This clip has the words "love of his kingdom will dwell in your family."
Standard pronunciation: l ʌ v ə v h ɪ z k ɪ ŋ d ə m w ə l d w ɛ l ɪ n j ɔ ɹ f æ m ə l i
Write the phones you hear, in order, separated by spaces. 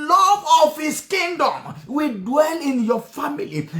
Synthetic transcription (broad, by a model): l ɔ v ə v h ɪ s k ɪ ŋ d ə m w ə d w ɛ l ɪ n j ɔ f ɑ m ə l i